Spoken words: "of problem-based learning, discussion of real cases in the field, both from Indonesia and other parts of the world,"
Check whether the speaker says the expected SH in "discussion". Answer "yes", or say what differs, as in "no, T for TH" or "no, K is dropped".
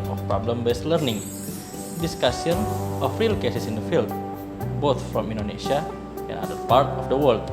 no, S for SH